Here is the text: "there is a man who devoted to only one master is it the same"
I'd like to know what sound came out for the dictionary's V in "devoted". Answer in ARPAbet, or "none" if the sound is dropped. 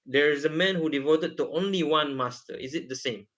V